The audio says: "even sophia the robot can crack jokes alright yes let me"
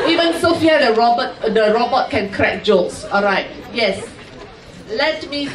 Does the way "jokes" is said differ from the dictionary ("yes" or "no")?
yes